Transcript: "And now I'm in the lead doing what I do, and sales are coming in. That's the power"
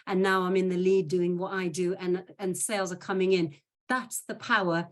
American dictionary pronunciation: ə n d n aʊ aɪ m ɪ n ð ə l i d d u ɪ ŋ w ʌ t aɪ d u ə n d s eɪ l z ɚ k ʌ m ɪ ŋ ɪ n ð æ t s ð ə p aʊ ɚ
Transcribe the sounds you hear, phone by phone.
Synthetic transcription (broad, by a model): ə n n aʊ aɪ m ɪ n ð ə l i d d u ɪ ŋ w ʌ t aɪ d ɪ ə n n s eɪ l z ɚ k ʌ m ɪ ŋ ɪ n ð æ t s ð ə p aʊ ɚ